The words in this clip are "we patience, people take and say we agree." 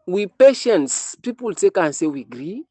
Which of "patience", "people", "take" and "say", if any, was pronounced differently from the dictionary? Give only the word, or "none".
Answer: none